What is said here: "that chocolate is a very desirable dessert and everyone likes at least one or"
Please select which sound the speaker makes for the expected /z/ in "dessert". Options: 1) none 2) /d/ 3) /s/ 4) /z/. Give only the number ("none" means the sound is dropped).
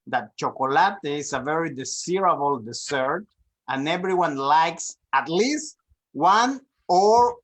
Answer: 3